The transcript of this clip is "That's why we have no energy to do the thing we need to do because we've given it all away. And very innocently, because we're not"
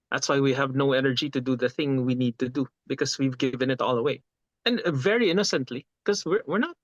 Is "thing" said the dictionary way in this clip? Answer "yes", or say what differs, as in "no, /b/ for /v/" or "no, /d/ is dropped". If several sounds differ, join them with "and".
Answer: yes